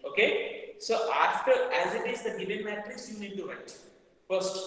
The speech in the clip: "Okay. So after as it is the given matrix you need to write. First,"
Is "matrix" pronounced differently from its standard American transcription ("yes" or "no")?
yes